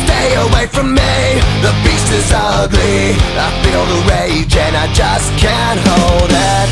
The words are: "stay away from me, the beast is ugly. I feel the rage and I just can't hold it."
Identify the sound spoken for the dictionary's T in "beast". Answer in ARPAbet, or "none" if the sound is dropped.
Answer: none